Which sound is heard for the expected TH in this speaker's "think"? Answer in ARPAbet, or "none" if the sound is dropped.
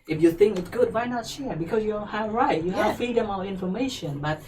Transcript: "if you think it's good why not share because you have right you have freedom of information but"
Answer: TH